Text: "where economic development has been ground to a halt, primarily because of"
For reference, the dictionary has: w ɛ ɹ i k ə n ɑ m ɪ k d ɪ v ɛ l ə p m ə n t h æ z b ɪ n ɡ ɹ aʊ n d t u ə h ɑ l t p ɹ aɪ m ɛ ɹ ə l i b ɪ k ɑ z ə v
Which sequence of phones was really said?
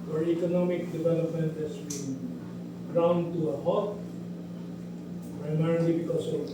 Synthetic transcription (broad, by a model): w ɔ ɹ i k ə n ɑ m ɪ k d ɪ v ɛ l ə p m ə n t h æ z b ɪ n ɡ ɹ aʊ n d t u ə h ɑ t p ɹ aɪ m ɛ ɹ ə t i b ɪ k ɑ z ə